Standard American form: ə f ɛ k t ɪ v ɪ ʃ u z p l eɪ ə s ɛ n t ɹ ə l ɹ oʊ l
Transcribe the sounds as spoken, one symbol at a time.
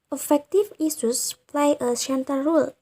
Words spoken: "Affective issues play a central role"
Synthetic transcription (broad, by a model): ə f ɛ k t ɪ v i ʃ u s p l eɪ ə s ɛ n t ə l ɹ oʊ l